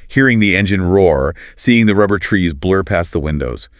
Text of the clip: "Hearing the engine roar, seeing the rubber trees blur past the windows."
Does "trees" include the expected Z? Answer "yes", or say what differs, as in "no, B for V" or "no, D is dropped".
yes